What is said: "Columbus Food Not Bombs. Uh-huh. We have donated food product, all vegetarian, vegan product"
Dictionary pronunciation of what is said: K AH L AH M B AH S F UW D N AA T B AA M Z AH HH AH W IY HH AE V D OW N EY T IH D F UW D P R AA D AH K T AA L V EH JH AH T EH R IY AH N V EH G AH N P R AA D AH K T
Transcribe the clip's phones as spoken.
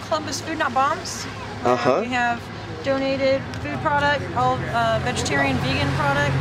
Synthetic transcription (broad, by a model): K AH L AH M B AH S F UW D N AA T B AA M Z AH HH AH W IY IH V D OW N EY T IH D F UW D P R AA D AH K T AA L V EH JH AH T EH R IY AH N V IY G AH N P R AA D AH K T